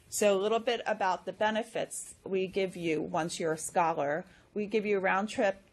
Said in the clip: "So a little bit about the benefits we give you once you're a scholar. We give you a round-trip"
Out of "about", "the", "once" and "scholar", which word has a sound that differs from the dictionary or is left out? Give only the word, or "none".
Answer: none